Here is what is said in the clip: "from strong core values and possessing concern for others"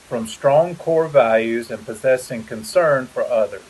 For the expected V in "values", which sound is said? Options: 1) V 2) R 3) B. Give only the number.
1